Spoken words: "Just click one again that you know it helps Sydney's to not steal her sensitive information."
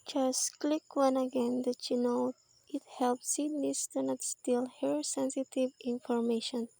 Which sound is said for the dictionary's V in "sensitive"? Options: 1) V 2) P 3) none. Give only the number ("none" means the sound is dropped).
1